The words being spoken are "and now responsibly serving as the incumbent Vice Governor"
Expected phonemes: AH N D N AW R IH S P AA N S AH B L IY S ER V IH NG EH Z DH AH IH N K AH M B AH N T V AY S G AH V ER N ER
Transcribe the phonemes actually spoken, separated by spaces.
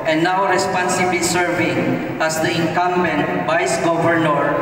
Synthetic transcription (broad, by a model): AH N N AW R IH S P AA N S AH B L IY S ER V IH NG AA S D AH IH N K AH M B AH N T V AY S G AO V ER N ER